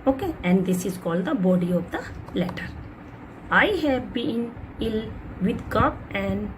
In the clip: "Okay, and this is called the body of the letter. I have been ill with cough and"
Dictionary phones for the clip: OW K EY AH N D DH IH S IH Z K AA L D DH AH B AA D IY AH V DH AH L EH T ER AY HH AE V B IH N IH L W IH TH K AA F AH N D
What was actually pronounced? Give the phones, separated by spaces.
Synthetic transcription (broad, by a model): OW K EY AH N D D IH S IH Z K AA L D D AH B AA D IY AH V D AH L EH T ER AY HH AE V B IH N IH L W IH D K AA P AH N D